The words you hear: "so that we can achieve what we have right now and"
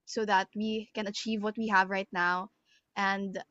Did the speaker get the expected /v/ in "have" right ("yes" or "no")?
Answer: yes